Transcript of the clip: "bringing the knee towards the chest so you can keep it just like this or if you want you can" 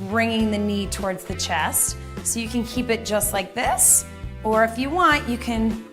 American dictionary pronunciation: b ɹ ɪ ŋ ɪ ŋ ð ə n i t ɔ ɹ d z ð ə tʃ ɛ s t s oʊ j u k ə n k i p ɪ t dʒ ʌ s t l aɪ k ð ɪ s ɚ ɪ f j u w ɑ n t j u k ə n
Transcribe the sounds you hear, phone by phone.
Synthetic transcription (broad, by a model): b ɹ ɪ ŋ ɪ ŋ ð ə n i t ɔ ɹ d z ð ə tʃ ɛ s t s oʊ j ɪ k ə n k i p ɪ t dʒ ʌ s t l aɪ k ð ɪ s ɚ ɪ f j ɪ w ɑ n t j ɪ k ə n